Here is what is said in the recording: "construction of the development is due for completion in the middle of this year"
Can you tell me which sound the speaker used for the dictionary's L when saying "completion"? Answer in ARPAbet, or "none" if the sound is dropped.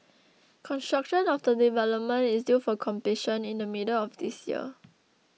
none